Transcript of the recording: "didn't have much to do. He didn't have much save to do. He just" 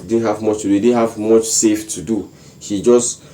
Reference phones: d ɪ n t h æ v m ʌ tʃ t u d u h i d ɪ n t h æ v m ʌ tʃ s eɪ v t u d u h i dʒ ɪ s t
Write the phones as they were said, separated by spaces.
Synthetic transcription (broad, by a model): d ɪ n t h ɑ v m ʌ tʃ t u d u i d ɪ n h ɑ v m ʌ tʃ s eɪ f t u d u h i dʒ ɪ s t